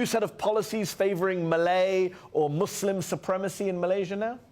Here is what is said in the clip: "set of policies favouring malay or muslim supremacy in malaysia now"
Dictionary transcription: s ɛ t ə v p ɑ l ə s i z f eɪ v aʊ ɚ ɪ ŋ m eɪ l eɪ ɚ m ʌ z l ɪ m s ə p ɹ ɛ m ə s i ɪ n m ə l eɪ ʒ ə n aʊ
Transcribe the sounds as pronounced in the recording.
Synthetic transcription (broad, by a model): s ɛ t ə v p ɑ l ə s i z f eɪ v ɚ ɪ ŋ m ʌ l eɪ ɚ m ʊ s l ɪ m s ə p ɹ ɛ m ə s i ɪ n m ə l eɪ ʒ ə n aʊ